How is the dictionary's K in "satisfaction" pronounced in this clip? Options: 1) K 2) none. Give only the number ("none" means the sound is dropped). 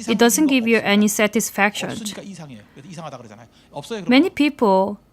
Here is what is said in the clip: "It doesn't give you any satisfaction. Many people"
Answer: 1